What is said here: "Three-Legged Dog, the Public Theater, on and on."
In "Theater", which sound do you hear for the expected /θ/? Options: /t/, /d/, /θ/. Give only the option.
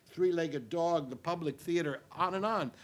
/θ/